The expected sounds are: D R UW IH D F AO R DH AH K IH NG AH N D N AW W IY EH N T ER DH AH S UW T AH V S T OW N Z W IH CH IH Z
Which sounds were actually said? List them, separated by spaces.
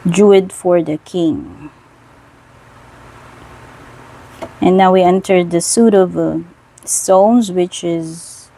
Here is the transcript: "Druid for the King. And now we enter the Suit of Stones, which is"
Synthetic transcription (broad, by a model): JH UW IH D F AO R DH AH K IH NG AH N N AW W IY EH N T ER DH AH S UW T AH V S T OW N Z W IH CH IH Z